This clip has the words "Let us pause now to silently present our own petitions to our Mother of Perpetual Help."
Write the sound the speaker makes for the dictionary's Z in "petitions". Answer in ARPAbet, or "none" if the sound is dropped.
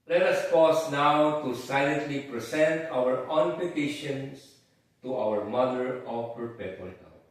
S